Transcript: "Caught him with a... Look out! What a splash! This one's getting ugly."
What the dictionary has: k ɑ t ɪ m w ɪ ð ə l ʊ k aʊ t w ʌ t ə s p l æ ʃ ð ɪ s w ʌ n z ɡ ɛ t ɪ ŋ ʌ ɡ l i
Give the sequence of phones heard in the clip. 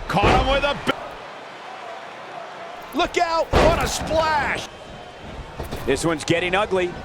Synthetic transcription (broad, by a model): k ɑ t ɪ m w ɪ ð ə l ʊ k aʊ t w ʌ t ə s p l æ ʃ ð ɪ s w ʌ n z ɡ ɛ t ɪ ŋ ʌ ɡ l i